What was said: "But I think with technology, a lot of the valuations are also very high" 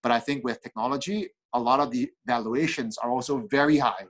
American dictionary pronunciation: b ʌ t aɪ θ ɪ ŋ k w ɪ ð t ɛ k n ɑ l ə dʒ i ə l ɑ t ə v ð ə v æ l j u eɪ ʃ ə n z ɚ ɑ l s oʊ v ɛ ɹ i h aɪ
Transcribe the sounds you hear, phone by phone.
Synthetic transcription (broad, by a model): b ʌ t aɪ θ ɪ ŋ k w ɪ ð t ɛ k n ɑ l ə dʒ i ə l ɑ t ə v ð ə v æ l j u eɪ ʃ ə n z ɚ ɑ l s oʊ v ɛ ɹ i h aɪ